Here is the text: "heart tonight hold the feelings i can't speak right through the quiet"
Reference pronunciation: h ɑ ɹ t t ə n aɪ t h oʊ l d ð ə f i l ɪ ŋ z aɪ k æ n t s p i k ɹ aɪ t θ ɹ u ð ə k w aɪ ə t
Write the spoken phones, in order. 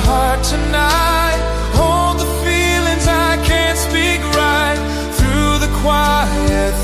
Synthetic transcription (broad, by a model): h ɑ ɹ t t ə n aɪ t h oʊ l d ð ə f i l ɪ ŋ z aɪ k æ n t s p i k ɹ aɪ t θ ɹ u ð ə k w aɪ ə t